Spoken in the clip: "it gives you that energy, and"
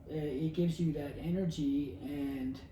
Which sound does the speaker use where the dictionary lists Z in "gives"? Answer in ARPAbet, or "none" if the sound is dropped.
Z